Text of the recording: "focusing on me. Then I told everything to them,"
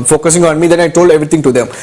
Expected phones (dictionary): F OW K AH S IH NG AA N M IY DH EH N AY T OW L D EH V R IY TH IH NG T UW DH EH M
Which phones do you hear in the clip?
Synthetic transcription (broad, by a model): F OW K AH S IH NG AA N M IY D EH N AY T OW L D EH V R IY T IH NG T UW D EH M